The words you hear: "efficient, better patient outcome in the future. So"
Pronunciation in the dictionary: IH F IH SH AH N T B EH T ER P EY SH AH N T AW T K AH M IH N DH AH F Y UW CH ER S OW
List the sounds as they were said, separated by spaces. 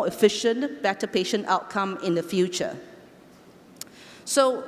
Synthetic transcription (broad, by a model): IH F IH SH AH N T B EH T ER P EY SH AH N T AW T K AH M IH N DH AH F Y UW CH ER S OW